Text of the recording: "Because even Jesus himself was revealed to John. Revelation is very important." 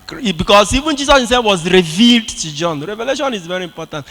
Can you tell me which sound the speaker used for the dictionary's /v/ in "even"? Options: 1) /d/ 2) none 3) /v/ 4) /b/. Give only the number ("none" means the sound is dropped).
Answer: 3